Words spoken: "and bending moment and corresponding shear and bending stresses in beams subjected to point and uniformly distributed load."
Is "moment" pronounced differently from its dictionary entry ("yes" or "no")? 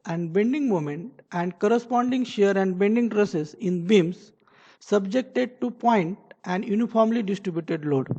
no